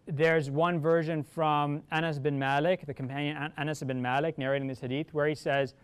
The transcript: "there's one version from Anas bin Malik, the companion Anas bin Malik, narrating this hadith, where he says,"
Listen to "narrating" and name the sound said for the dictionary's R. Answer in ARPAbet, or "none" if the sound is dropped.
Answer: R